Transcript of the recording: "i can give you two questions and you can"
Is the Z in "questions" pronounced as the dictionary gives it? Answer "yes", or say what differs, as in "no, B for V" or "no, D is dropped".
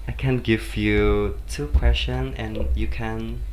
no, Z is dropped